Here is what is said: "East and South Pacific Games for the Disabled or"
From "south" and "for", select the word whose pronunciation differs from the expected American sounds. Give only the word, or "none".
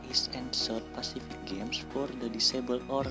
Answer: south